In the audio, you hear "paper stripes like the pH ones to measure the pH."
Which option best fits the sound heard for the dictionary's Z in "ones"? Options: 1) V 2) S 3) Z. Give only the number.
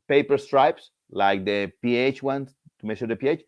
2